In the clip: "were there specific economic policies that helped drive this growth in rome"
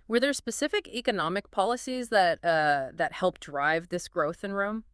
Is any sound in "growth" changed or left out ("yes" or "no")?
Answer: no